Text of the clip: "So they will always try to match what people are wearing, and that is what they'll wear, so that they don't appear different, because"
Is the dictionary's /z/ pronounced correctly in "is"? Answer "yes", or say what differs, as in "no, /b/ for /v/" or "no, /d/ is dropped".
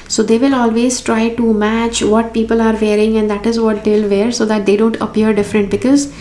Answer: yes